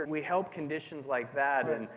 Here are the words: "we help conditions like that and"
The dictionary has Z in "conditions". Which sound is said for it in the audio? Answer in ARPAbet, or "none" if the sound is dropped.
Z